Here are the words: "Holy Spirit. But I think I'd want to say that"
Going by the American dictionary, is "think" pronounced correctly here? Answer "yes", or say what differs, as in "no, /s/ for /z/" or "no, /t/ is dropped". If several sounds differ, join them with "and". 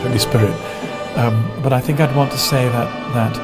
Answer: yes